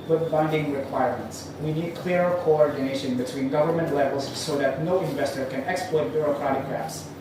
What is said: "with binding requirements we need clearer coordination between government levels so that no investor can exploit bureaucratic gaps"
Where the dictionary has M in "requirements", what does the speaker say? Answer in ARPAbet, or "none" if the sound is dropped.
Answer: M